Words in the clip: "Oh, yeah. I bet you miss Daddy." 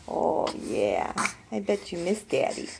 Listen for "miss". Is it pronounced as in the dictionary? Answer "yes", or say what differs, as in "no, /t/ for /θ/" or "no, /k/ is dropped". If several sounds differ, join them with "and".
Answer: yes